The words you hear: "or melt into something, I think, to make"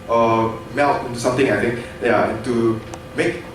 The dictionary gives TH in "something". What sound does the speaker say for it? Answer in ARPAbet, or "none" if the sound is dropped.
T